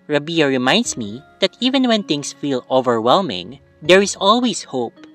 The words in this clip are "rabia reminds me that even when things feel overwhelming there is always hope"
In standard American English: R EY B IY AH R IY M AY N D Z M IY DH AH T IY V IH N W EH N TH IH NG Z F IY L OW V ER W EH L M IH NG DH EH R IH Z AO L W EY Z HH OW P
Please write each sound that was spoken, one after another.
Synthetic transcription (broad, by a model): R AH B IY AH R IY M AY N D S M IY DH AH T IY V IH N W EH N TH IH NG S F IY L OW V ER W EH L M IH NG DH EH R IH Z AO L W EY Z HH OW P